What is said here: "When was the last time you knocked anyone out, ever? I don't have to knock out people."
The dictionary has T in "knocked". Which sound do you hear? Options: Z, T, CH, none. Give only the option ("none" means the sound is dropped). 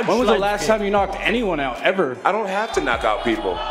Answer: T